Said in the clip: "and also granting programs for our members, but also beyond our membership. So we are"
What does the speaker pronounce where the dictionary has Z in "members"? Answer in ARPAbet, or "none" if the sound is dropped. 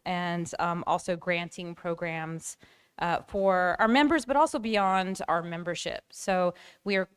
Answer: Z